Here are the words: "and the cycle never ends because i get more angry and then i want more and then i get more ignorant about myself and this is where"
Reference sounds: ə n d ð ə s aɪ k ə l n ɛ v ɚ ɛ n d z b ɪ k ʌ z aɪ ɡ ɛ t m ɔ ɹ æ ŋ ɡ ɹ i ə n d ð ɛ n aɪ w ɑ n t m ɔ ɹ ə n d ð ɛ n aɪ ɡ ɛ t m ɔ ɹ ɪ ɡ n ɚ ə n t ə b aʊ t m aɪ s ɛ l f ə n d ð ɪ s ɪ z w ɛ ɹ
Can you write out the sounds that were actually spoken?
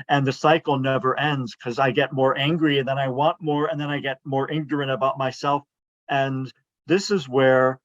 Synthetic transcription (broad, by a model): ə n ð ə s aɪ k l n ɛ v ɚ ɛ n d z k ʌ z aɪ ɡ ɛ t m ɔ ɹ æ ŋ ɡ ɹ i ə n ð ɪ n aɪ w ɑ n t m ɔ ɹ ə n ð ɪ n aɪ ɡ ɛ t m ɔ ɹ ɪ ɡ n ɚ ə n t ə b aʊ t m aɪ s ɛ l f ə n ð ɪ s ɪ z w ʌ ɹ